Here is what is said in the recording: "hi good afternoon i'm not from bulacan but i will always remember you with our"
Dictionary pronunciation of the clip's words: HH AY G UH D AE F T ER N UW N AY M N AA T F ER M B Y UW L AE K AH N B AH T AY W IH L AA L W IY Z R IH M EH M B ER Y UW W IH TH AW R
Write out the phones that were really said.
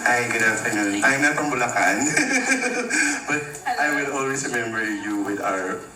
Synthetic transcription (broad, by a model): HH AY G UH D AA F T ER N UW N AY M N AA T P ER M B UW L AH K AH N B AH T AY W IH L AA L W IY S R IH M EH M B ER Y UW W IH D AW R